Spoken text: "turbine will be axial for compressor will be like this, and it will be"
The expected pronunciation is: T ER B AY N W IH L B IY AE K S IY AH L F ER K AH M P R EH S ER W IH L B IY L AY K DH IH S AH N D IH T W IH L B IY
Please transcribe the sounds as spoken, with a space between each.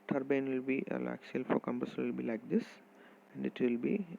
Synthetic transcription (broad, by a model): T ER B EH N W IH L B IY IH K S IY L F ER K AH M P AH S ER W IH L B IY L AY K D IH S AH N D IH T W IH L B IY